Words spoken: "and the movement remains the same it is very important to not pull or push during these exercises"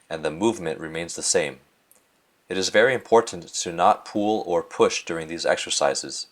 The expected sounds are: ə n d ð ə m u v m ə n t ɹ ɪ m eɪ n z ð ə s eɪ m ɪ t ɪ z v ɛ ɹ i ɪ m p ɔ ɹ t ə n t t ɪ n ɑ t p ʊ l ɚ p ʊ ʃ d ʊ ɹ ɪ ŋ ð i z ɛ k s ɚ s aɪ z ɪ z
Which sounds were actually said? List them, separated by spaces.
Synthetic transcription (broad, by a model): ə n ð ə m u v m ə n t ɹ ɪ m eɪ n z ð ə s eɪ m ɪ t ɪ z v ɛ ɹ i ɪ m p ɔ ɹ t n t t ɪ n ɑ t p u l ɚ p ʊ ʃ d ʊ ɹ ɪ ŋ ð i z ɛ k s ɚ s aɪ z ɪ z